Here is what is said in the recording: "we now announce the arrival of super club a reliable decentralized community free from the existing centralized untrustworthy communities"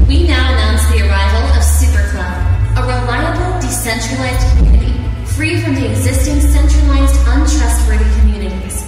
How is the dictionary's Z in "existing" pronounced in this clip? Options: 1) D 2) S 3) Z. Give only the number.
3